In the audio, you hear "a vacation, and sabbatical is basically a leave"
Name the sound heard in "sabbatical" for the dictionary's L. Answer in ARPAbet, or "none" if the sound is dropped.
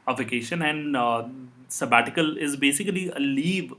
L